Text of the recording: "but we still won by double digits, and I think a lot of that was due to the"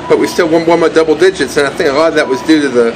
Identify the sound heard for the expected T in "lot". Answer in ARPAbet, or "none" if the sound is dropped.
none